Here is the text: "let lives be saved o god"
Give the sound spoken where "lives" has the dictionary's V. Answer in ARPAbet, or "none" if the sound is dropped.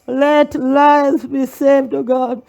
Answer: none